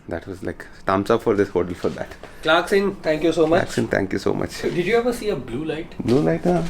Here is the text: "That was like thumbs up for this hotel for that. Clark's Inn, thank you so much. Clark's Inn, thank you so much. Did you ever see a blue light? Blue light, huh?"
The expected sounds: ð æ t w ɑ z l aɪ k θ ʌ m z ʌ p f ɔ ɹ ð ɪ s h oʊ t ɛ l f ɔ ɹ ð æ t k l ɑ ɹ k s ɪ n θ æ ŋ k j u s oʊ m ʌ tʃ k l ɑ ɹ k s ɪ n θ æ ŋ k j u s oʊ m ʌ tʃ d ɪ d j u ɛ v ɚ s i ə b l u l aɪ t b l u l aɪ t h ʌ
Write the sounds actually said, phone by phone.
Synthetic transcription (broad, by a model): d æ t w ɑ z l aɪ k t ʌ m s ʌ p f ɔ ɹ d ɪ s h oʊ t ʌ l f ɔ ɹ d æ t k l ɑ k s ɪ n t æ ŋ k j u s oʊ m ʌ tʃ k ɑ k s ɪ n t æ ŋ k j u s oʊ m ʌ tʃ d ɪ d j u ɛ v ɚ s i ə b l u l aɪ t b l u l aɪ t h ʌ